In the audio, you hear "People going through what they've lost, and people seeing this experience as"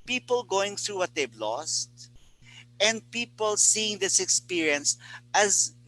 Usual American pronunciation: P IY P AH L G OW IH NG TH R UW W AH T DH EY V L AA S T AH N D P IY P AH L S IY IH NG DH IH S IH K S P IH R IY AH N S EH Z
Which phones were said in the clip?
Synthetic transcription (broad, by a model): P IY P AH L G OW IH NG TH R UW W AH T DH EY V L AA S T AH N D P IY P AH L S IY IH NG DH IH S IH K S P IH R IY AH N S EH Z